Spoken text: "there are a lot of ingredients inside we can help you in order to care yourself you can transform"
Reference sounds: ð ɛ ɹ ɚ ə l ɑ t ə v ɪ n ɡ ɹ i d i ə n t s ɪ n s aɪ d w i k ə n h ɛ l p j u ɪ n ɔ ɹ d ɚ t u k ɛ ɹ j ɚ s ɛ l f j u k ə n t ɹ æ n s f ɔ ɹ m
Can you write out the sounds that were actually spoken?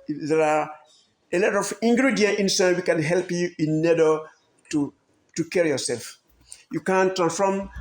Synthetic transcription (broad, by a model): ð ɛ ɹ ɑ ə l ɑ t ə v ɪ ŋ ɡ ɹ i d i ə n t ɪ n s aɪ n w i k ə n h ɛ l p j u ɪ n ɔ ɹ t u t u k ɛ ɹ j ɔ s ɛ l f j u k ə n t ɹ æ n s f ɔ m